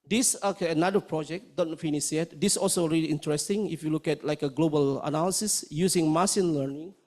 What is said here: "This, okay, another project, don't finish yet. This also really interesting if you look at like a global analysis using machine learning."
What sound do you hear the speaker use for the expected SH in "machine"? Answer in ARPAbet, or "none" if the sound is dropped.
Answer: S